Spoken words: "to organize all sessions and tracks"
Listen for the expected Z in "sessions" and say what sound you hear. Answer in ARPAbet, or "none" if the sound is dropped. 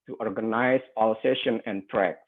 none